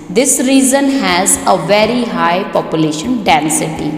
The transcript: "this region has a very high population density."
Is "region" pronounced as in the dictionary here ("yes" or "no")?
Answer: no